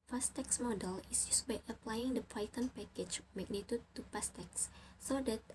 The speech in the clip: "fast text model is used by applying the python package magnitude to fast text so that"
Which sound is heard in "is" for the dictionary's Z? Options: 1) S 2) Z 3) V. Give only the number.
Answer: 1